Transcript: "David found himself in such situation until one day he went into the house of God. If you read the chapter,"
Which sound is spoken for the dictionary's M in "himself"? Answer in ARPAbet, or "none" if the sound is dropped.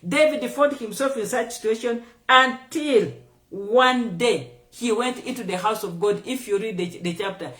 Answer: M